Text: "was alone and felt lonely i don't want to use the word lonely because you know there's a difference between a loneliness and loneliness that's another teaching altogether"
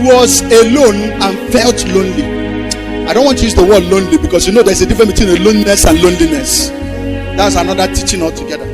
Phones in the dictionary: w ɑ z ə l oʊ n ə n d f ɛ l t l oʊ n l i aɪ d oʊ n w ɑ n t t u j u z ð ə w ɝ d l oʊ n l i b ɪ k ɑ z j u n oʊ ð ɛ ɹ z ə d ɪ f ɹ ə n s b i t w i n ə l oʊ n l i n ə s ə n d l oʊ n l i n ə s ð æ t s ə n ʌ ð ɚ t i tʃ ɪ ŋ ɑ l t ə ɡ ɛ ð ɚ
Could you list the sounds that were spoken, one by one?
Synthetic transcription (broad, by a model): w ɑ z ə l oʊ n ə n f ɛ l t l oʊ n l i aɪ d oʊ n w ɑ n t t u j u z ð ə w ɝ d l oʊ n l i b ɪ k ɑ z j u n oʊ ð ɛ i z ə d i f ɹ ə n b i t w i n ə l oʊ n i n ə s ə n l oʊ n l i n ə s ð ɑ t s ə n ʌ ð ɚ t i tʃ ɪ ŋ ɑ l t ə ɡ ɛ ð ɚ